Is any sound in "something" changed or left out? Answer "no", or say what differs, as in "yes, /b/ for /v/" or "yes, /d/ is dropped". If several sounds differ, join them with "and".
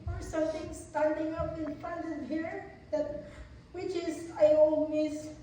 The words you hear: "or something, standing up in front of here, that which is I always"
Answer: yes, /t/ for /θ/